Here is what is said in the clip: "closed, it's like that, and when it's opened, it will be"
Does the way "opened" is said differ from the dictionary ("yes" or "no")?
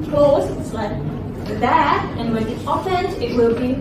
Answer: yes